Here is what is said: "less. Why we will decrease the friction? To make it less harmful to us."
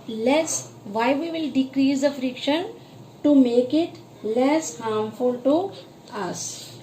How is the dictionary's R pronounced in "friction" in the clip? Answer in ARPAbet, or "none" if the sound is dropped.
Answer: R